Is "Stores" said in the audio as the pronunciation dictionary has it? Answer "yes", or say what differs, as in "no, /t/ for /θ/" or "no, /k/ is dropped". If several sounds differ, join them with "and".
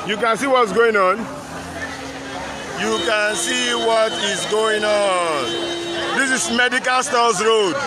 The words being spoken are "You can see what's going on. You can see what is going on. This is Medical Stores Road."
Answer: no, /l/ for /ɹ/